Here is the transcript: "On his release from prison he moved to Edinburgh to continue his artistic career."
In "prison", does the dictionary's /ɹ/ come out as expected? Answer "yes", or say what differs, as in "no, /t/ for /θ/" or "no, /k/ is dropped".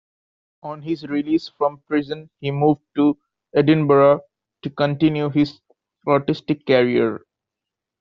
yes